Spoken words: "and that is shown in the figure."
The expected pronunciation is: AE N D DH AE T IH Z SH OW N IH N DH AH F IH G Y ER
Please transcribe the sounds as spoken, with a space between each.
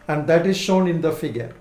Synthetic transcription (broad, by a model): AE N D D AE T IH Z SH OW N IH N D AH F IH G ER